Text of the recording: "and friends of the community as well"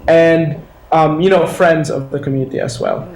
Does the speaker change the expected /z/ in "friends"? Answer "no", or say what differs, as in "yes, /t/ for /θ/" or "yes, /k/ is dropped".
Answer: no